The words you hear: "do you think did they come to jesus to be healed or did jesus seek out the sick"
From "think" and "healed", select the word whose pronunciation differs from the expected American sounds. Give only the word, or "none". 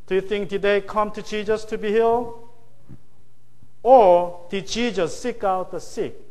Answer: healed